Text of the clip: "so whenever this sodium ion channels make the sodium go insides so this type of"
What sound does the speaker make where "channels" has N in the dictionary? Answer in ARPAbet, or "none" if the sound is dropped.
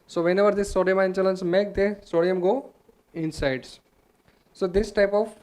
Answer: L